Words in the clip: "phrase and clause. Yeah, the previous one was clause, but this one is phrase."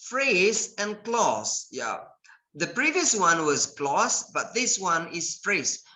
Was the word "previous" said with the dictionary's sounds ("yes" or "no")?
yes